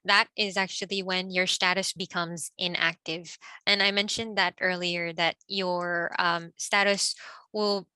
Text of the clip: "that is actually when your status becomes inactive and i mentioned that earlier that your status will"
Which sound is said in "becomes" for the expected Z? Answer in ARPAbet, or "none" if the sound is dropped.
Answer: Z